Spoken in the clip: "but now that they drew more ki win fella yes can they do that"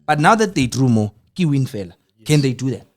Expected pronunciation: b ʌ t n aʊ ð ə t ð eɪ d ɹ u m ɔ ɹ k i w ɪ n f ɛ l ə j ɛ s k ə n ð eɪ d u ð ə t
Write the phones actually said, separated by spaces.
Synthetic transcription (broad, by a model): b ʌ t n aʊ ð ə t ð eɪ d ɹ u m ɔ k i w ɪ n f ɛ l ə k ə n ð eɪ d u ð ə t